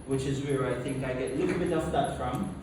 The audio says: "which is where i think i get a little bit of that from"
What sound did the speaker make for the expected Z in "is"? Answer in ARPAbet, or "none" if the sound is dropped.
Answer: Z